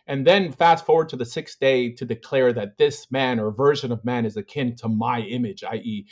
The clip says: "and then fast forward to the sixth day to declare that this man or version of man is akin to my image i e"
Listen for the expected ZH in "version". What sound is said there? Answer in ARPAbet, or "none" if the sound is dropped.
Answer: ZH